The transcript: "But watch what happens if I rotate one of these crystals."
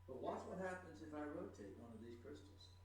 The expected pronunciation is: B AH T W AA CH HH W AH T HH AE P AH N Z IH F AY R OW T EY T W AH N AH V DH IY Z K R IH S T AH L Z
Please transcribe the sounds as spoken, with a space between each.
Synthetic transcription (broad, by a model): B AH T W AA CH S W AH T HH AE P AH N Z IH F AY R OW T EY T W AH N AH V DH IY Z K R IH S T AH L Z